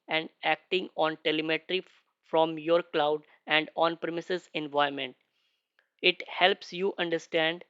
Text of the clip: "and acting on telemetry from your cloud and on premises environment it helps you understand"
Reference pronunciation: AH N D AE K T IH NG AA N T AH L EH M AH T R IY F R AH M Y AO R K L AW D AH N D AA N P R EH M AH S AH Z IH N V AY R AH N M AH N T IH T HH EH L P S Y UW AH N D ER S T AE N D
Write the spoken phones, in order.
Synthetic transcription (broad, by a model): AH N D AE K T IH NG AA N T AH L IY M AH T R IY F R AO M Y AO R K L AW D AH N D AA N P R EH M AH S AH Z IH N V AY AH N M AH N T IH T HH EH L P S Y UW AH N D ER S T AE N D